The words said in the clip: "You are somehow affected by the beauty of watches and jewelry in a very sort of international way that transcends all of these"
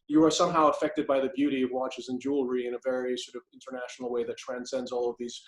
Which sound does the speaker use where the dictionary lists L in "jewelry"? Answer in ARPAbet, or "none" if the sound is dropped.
L